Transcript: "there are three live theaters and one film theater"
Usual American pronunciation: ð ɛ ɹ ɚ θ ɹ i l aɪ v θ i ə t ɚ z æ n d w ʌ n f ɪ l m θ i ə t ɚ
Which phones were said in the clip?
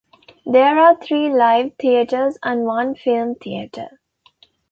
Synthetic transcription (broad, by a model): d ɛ ɹ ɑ t ɹ i l aɪ v t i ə t ɚ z æ n d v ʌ n f ɪ l m t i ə t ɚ